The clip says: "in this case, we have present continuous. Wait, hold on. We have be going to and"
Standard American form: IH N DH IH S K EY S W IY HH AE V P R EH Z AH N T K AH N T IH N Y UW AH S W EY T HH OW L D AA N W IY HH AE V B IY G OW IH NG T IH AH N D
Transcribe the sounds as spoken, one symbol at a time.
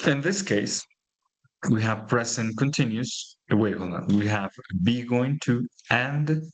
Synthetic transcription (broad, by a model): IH N DH IH S K EY S W IY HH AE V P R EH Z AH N K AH N T IH N Y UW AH W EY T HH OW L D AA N W IY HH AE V B IY G OW IH NG T IH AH N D